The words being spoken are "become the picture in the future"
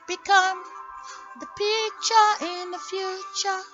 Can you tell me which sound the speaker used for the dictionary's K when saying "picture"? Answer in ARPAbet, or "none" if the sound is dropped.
none